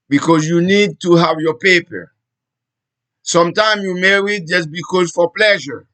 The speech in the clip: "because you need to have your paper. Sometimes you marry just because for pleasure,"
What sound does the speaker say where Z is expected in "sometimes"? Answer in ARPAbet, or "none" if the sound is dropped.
none